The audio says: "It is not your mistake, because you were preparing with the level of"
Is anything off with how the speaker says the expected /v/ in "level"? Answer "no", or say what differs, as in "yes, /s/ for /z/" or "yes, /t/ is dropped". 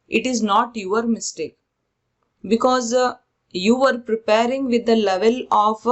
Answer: no